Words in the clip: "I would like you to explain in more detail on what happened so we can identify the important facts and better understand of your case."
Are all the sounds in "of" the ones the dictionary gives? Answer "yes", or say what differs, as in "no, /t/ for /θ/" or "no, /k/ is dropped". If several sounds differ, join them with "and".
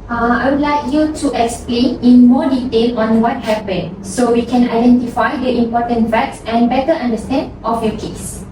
no, /f/ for /v/